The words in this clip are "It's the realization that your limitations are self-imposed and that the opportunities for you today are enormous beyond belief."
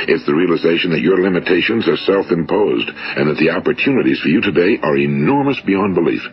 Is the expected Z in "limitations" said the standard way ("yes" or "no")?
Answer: yes